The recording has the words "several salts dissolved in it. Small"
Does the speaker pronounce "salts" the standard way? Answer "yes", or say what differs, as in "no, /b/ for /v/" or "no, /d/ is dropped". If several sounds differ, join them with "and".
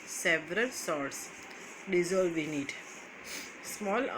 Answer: no, /l/ is dropped